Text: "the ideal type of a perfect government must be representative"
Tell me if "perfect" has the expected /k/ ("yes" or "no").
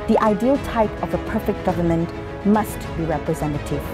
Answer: yes